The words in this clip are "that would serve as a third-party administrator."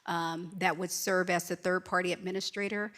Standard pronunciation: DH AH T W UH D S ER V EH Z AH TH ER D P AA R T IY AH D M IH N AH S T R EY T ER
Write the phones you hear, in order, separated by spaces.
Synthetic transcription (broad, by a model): DH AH T W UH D S ER V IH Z AH TH ER D P AA R T IY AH D M IH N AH S T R EY T ER